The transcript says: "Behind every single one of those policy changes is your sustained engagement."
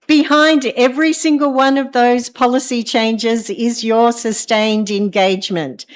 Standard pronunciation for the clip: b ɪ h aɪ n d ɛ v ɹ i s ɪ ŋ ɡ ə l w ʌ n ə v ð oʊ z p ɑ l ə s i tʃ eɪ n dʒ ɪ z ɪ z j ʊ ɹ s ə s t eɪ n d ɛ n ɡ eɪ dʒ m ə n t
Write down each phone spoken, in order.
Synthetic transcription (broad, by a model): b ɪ h aɪ n d ɛ v ɹ i s ɪ ŋ ɡ ə l w ʌ n ə v ð oʊ z p ɑ l ə s i tʃ eɪ n dʒ ɪ z ɪ z j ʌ ɹ s ə s t eɪ n d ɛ n ɡ eɪ dʒ m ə n t